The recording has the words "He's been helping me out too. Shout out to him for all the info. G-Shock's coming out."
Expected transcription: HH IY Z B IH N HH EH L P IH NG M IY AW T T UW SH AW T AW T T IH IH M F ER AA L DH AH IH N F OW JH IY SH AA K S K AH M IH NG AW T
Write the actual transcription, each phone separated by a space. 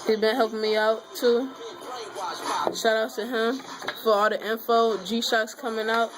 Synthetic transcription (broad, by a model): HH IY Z B IH N HH EH L P IH NG M IY AW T T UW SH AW T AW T T IH IH M F ER AA L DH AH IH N F OW JH IY SH AA K S K AH M IH NG AW T